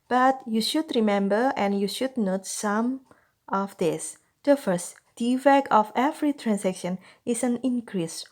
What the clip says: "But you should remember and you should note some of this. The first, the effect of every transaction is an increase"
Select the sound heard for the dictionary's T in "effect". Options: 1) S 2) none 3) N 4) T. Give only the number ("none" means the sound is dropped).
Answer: 2